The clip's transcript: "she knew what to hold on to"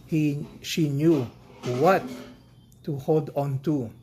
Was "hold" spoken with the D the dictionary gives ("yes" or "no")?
yes